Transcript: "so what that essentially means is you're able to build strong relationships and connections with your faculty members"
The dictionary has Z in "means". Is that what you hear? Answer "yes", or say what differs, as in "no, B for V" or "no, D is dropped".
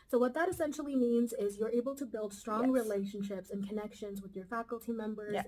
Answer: yes